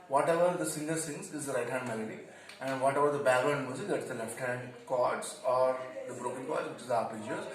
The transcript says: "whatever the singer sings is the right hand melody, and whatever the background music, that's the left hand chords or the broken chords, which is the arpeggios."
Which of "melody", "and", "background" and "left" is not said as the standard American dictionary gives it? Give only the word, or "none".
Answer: background